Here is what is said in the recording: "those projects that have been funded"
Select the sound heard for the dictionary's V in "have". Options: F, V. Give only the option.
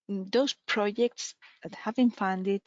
V